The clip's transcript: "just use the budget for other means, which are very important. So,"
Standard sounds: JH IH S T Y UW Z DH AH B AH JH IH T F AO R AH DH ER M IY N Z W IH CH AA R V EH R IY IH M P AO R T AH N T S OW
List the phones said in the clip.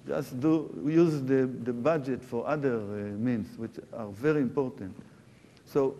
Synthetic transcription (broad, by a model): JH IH S T Y UW Z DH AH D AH JH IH T F AO R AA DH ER M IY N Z W IH CH AA R V EH R IY IH M P AO R T AH N T S OW